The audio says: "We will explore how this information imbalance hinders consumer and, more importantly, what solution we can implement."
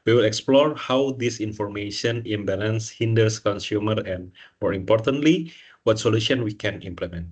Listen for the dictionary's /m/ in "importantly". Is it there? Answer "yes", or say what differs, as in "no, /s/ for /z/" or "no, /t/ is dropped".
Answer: yes